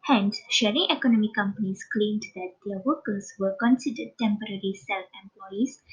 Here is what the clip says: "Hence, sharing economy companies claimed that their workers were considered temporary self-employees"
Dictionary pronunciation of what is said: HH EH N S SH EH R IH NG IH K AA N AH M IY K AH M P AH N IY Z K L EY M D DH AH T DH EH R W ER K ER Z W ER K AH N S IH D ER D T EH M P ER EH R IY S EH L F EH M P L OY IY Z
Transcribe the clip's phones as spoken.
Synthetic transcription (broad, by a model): HH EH N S SH EH R IH NG IH K AA N AH M IY K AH M P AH N IY S K L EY M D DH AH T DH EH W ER K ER S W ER K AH N S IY D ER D T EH M P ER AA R IY S EH L F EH M P L OY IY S